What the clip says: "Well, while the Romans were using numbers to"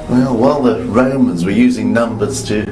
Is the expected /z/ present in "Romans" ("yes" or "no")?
yes